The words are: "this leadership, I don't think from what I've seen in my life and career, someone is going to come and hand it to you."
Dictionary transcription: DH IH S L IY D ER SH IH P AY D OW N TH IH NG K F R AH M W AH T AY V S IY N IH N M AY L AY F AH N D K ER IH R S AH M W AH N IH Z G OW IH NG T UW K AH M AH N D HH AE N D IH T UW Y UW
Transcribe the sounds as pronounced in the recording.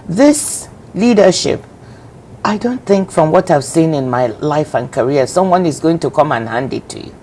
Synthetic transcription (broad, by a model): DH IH S L IY D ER SH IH P AY D OW N TH IH NG K F R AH M W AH T AY V S IY N IH N M AY L AY F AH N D K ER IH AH S AH M W AH N IH Z G OW IH NG T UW K AH M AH N HH AE N D IH T UW Y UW